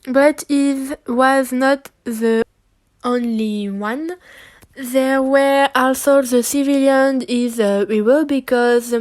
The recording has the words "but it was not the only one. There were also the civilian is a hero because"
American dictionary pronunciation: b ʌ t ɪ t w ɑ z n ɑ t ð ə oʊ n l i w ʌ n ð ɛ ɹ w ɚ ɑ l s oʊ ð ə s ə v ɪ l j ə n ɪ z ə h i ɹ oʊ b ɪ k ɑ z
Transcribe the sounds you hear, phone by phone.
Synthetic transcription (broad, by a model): b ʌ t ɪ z w ɑ z n ɑ t ð ə oʊ n l i w ʌ n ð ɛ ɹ w ɚ ɑ l s oʊ ð ə s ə v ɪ l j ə n ɪ z ə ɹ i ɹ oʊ b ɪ k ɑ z